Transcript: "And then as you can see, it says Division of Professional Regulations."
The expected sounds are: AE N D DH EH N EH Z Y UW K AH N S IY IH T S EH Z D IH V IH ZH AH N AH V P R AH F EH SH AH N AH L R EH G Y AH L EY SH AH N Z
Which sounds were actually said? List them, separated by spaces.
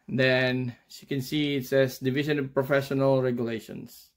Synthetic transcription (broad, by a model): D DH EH N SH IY K AH N S IY IH T S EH S D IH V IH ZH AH N AH V P R AH F EH SH AH N AH L R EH G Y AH L EY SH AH N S